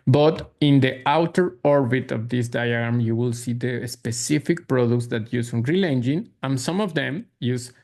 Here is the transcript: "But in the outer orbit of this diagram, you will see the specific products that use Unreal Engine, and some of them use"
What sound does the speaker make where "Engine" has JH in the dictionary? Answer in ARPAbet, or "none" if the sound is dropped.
JH